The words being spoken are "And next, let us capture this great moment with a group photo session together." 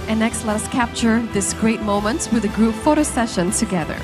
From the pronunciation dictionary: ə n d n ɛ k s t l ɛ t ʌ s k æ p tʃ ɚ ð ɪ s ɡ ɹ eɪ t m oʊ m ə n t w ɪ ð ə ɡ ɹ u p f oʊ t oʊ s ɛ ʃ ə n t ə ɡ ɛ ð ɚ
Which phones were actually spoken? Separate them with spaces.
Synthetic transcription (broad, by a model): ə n n ɛ k s t l ɛ t ʌ s k æ p tʃ ɚ ð ɪ s ɡ ɹ eɪ t m oʊ m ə n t w ɪ ð ə ɡ ɹ u p f oʊ t oʊ s ɛ ʃ ə n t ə ɡ ɛ ð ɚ